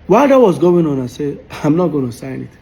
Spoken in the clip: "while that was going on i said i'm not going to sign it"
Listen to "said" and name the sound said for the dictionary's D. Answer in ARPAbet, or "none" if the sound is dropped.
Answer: none